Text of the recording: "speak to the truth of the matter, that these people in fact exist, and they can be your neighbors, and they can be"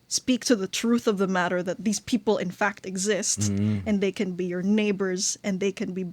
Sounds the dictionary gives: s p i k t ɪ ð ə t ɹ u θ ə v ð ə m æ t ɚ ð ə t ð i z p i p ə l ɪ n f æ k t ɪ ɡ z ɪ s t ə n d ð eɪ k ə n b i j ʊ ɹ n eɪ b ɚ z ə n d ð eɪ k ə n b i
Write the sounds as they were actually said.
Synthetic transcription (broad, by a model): s p i k t ɪ ð ə t ɹ u θ ə v ð ə m æ t ɚ ð ə t ð i z p i p l ɪ n f æ k t ɪ ɡ z ɪ s t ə n ð eɪ k ə n b i j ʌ ɹ n eɪ b ɚ z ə n ð eɪ k ə n b i